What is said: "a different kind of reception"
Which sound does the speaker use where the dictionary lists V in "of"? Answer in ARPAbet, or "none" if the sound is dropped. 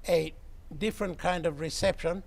V